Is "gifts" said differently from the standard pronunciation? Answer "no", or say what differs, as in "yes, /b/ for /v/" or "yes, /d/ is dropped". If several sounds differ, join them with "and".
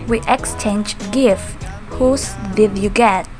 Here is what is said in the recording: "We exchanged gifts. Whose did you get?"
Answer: yes, /s/ is dropped